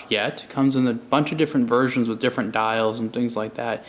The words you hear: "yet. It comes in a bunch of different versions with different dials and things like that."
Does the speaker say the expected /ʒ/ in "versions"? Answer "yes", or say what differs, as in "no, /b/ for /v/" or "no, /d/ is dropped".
yes